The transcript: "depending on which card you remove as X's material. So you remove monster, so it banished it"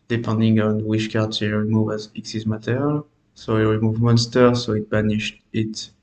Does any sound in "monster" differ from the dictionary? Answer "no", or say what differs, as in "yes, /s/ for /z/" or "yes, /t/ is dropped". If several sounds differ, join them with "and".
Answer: no